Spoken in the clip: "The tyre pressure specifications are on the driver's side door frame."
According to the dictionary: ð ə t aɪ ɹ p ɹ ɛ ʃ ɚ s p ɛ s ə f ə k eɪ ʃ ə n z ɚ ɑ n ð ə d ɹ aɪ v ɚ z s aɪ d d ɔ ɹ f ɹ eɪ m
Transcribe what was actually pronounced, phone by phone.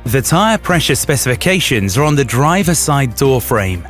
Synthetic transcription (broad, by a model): ð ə t aɪ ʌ p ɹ ɛ ʃ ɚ s p ɛ s ə f ə k eɪ ʃ ə n z ɚ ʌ n ð ə d ɹ aɪ v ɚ s aɪ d d ɔ f ɹ eɪ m